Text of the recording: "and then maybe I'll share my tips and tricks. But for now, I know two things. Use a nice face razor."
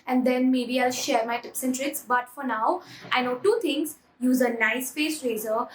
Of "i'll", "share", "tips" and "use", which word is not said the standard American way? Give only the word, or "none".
none